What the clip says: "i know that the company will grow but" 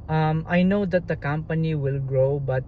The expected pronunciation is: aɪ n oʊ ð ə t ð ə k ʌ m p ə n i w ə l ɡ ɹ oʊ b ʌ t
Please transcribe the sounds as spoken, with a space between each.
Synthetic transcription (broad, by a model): aɪ n oʊ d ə t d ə k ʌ m p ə n i w ə l ɡ ɹ oʊ b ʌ t